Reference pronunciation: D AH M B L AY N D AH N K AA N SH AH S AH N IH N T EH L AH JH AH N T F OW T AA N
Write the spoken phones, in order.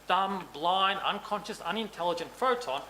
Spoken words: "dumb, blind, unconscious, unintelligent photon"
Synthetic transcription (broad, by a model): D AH M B L AY N AH N K AA N SH AH S AH N IH N T EH L AH JH AH N T F OW T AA N